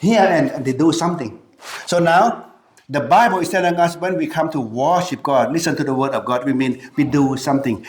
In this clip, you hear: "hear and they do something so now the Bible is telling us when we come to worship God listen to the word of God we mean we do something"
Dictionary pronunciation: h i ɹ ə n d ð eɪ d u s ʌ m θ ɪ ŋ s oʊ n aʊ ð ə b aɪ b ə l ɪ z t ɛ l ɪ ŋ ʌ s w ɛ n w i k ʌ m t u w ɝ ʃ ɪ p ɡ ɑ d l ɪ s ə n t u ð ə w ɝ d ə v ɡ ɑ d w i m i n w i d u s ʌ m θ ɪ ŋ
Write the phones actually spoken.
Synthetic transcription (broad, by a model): h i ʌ ə n d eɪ d u s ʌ m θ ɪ ŋ s oʊ n aʊ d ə b aɪ b ə l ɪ s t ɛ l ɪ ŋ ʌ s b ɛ n w i k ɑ m t u w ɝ ʃ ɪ p ɡ ɑ d l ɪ s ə n t u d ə w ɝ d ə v ɡ ɑ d w i m i n w i d u s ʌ m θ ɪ ŋ